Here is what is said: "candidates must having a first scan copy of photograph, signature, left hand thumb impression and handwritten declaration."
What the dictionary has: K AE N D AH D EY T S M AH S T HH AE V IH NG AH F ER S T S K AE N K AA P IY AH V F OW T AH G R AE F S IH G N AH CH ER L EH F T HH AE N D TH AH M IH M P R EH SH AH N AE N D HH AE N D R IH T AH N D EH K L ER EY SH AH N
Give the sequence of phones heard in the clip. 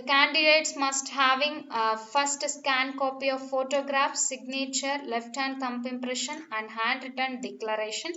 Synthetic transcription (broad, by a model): K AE N D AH D EY T S M AH S T HH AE V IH NG AH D S T S K AE N K AA P IY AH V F OW T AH G R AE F S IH G N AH CH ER L EH F T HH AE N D T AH M IH M P R EH SH AH N AE N D HH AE N D R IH T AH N D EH K L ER EY SH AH N